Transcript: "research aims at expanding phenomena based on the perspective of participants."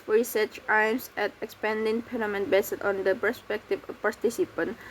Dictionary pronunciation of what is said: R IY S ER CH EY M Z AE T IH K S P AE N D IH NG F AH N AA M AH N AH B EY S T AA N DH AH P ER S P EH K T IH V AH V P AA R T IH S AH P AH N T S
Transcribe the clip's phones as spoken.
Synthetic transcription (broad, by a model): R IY S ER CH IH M S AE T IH K S P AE N D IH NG P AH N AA M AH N B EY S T AA N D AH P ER S P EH K T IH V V P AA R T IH S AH P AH N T